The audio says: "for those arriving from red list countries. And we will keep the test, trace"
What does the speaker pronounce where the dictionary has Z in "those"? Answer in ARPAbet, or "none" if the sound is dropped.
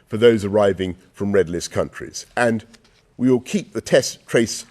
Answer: Z